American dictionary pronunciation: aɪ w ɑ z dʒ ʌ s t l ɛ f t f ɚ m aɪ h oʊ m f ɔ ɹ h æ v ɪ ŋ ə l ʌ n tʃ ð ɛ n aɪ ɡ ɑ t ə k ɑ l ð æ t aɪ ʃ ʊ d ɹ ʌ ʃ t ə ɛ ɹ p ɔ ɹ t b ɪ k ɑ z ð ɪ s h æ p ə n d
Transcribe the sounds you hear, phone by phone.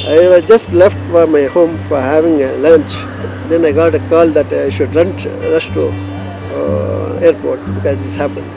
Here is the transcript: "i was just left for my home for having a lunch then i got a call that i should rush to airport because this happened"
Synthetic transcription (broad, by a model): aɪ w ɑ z dʒ ʌ s t l ɛ f t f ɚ m aɪ h oʊ m f ɔ ɹ h æ v ɪ ŋ ə l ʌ n tʃ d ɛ n aɪ ɡ ɑ t ə k ɑ l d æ t aɪ ʃ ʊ d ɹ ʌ s t ə ɛ ɹ p ɔ ɹ t b ɪ k ɑ z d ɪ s h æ p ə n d